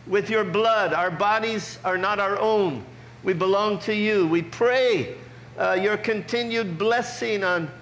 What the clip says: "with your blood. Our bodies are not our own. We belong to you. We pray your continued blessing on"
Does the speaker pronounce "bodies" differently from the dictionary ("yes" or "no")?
no